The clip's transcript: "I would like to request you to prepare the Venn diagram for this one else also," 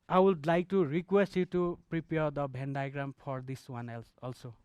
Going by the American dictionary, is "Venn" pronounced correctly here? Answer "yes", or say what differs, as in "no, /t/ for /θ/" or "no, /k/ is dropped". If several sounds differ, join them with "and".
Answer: no, /b/ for /v/